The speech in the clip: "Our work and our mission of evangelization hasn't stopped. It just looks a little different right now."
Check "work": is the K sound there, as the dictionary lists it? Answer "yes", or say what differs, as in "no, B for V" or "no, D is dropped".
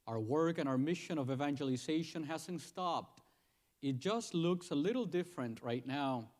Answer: yes